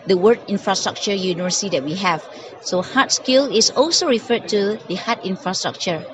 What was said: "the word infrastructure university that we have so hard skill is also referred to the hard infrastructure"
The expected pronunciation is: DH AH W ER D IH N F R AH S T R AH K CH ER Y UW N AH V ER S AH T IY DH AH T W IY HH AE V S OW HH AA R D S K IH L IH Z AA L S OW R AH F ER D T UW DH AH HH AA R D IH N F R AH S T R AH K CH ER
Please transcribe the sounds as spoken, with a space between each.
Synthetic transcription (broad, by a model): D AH W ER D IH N F R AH S T R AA K CH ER Y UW N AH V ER S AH T IY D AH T W IY HH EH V S OW HH AA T S K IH L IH S AA L S OW R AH F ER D T UW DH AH HH AA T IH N F R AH S T R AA K CH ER